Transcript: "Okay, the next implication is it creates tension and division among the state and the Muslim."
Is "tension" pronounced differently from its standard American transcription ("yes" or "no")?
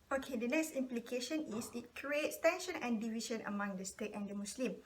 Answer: no